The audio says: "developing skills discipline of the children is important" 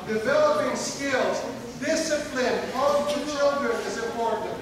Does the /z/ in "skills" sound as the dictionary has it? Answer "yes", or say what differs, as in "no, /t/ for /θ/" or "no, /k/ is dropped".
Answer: yes